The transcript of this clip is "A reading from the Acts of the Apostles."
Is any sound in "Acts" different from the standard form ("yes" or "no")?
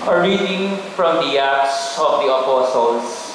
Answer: yes